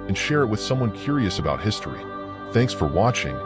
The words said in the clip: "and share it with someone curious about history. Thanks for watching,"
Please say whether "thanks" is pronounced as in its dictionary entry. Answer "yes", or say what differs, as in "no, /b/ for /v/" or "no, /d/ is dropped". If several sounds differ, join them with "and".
yes